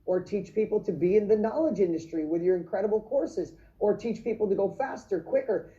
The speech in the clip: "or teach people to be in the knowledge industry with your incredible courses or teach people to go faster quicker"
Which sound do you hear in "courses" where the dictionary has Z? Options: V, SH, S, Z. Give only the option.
Z